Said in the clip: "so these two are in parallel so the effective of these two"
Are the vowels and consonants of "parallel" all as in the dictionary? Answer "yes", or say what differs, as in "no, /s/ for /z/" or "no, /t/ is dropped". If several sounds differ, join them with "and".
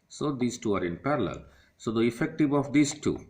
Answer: yes